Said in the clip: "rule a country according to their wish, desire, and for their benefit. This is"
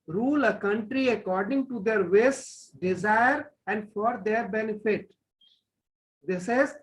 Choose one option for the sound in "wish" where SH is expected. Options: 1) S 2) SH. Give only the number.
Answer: 1